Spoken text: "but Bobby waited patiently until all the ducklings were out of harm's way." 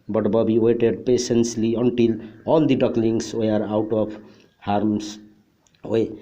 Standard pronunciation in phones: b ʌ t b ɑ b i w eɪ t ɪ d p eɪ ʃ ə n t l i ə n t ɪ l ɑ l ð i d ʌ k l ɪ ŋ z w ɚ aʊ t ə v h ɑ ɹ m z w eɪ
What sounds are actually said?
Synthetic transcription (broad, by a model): b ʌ t b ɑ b i w eɪ t ɪ d p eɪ s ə n s l i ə n t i l ɑ l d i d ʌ k l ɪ ŋ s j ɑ aʊ t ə p h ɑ ɹ m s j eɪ